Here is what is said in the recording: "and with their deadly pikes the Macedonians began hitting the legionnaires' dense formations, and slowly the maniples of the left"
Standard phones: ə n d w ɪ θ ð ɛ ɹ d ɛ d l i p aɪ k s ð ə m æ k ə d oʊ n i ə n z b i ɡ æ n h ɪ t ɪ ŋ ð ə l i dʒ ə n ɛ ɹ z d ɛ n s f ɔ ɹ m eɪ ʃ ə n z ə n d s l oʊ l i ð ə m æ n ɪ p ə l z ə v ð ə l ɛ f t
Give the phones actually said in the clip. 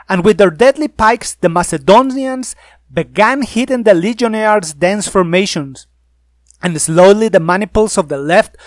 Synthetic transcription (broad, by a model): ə n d w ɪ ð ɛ ɹ d ɛ d l i p aɪ k s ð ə m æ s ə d oʊ n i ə n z b i ɡ æ n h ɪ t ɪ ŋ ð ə l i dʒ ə n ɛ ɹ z d ɛ n s f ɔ ɹ m eɪ ʃ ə n s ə n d s l oʊ l i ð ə m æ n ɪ p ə l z ə v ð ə l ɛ f t